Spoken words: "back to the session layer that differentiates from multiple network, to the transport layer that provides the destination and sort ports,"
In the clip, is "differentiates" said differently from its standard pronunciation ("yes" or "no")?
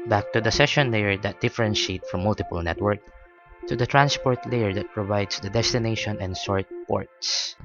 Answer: yes